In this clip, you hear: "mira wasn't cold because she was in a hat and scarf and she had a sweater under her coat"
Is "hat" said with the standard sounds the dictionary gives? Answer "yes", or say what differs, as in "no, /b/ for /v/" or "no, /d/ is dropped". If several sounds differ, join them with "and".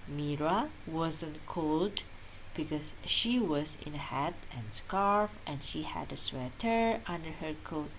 yes